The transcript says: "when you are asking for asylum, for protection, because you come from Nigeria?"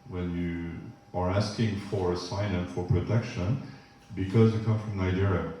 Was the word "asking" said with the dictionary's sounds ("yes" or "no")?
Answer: yes